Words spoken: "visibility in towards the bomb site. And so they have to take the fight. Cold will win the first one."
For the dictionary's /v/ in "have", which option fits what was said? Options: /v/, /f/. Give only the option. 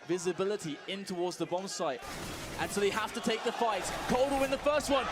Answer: /f/